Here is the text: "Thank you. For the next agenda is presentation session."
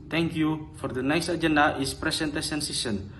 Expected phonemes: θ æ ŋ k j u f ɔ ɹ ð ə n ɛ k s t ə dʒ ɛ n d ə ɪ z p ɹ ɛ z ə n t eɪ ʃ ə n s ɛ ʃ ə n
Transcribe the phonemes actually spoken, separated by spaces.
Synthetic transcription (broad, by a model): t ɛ ŋ k j u f ɔ ɹ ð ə n ɛ k s t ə dʒ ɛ n d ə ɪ s p ɹ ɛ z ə n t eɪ s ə n s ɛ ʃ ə n